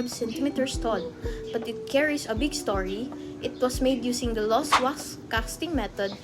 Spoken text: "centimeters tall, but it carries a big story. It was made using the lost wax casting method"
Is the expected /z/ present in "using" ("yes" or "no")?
no